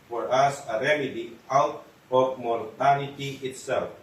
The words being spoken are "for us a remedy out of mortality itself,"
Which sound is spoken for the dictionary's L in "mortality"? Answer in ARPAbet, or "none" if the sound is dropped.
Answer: N